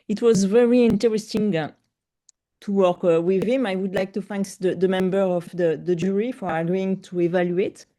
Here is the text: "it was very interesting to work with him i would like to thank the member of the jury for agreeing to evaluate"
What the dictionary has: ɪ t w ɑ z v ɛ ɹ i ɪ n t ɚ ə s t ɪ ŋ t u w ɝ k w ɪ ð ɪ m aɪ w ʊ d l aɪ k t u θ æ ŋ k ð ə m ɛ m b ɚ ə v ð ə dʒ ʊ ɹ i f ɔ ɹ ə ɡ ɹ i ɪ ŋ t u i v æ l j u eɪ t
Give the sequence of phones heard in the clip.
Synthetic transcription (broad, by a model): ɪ t w ɑ z v ɛ ɹ i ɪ n t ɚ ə s t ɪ ŋ t u w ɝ k w ɪ ð ɪ m aɪ w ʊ d l aɪ k t u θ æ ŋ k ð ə m ɛ m b ɚ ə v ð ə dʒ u ɹ i f ɔ ɹ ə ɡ ɔ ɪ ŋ t u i v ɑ l j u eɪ t